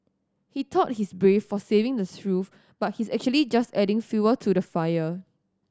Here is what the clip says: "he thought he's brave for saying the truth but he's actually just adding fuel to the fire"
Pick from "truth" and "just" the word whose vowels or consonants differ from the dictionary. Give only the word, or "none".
truth